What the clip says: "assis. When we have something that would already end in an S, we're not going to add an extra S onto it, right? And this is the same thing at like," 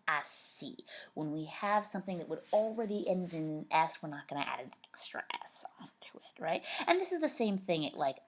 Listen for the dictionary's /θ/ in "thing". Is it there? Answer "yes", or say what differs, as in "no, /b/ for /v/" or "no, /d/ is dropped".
yes